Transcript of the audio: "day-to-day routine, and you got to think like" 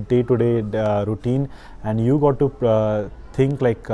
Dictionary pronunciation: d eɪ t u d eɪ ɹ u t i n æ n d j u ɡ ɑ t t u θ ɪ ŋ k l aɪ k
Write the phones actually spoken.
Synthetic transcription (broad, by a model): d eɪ t u d eɪ ɹ u t i n æ n d j u ɡ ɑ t t u t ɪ ŋ k l aɪ k